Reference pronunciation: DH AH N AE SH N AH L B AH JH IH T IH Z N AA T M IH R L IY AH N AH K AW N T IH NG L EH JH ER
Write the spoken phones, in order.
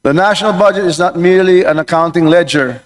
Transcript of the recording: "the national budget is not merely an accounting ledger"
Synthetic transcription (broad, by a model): DH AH N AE SH N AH L B AH JH IH T IH Z N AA T M IH R L IY AH N AH K AW N T IH NG L EH JH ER